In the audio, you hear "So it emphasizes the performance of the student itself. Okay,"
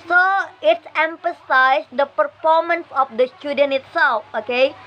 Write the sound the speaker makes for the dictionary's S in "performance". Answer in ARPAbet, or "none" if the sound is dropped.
S